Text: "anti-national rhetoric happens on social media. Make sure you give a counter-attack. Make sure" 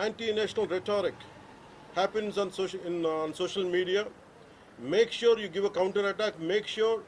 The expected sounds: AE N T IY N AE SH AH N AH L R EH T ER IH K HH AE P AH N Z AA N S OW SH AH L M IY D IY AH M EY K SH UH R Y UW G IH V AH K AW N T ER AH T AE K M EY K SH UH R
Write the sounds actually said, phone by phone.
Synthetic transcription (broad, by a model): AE N T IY N AE SH AH N AH L R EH T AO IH K HH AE P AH N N AA N S OW SH AH L M IY D IY AH M EY K SH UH R Y UW G IH V AH K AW N T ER AH T AE K M EY K SH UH R